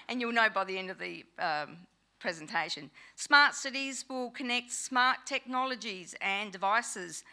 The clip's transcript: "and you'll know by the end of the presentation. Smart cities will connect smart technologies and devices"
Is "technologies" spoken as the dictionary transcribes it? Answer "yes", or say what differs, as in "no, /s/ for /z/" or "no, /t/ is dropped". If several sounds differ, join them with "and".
yes